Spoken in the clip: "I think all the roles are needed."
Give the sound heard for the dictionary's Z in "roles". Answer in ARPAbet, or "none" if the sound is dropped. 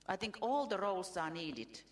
S